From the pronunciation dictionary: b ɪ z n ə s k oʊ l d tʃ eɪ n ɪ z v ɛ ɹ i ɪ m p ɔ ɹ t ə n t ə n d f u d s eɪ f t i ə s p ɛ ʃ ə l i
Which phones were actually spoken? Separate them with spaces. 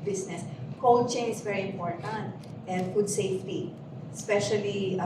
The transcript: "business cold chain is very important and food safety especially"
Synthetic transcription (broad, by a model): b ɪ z n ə s k oʊ l d tʃ eɪ n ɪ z v ɛ ɹ i ɪ m p ɔ ɹ t ə n t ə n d f u d s eɪ f t i s p ɛ ʃ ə l i